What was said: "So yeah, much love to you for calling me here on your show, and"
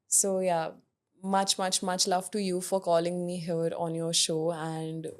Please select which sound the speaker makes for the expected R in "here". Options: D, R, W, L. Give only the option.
R